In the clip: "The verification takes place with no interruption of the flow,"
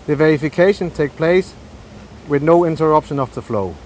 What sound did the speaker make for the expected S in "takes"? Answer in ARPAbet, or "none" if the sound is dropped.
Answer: none